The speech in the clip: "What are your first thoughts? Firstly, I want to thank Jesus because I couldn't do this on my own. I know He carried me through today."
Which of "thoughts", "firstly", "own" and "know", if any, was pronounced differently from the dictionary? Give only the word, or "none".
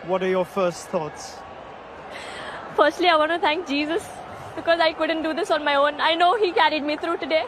none